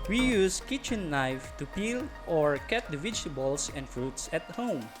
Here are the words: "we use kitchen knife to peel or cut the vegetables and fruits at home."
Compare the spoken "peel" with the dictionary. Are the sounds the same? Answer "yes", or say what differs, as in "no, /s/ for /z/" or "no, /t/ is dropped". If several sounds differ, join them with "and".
yes